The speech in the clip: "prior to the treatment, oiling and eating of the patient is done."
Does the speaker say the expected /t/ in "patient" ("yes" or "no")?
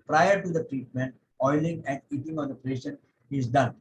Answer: no